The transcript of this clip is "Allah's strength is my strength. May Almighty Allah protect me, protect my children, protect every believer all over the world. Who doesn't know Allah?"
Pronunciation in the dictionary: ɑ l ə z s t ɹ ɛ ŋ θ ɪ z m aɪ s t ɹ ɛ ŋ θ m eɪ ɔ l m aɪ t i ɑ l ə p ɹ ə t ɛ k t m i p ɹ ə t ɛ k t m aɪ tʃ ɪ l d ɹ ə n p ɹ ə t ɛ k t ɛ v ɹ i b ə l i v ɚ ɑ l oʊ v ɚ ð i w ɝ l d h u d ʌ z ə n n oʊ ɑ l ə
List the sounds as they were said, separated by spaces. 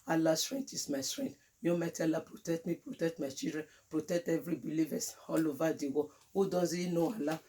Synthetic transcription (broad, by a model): ɑ l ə s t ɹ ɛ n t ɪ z m aɪ s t ɹ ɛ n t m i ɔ m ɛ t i ɑ l ə p ɹ ə t ɛ k t m i p ɹ ə t ɛ k t m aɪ tʃ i l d ɹ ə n p ɹ ə t ɛ k t ɛ v ɹ i b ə l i v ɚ ɑ l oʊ v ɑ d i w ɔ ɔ d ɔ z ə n n oʊ ɑ l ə